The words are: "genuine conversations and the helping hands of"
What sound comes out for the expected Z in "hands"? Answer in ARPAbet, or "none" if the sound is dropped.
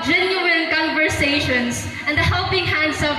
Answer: S